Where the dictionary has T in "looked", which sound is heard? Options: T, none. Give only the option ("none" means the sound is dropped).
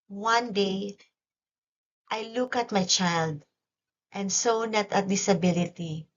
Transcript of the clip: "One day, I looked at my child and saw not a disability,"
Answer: none